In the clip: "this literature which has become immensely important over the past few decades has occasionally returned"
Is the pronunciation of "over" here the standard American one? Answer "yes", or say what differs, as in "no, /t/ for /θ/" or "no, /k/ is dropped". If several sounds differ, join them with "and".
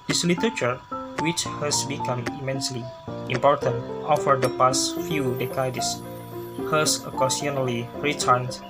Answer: no, /f/ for /v/